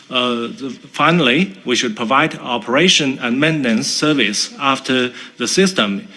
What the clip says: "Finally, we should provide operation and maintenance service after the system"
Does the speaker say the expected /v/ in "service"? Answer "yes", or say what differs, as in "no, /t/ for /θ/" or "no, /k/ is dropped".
yes